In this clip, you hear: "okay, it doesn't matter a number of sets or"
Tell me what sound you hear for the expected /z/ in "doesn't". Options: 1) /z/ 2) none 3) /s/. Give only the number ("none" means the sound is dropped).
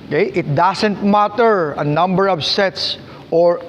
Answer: 3